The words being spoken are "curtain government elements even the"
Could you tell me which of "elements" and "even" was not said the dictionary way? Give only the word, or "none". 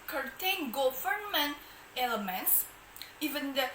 none